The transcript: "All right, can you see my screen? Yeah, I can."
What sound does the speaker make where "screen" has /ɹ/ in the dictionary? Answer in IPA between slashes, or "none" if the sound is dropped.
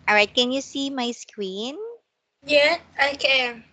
/w/